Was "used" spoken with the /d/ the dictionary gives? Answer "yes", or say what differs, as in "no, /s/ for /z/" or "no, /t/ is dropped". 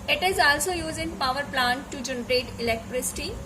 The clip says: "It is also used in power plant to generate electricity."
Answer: no, /d/ is dropped